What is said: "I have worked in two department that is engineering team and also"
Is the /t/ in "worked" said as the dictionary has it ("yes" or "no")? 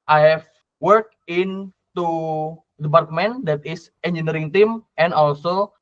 no